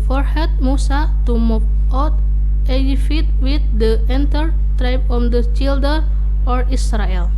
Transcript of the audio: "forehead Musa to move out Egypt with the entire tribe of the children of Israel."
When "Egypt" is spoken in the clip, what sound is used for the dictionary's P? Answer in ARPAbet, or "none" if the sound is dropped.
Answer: F